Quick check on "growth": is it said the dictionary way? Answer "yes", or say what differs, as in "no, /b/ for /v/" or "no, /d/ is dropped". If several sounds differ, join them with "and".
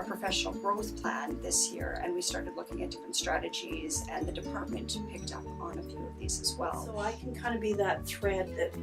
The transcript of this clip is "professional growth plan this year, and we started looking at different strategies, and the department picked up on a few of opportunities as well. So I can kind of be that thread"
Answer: yes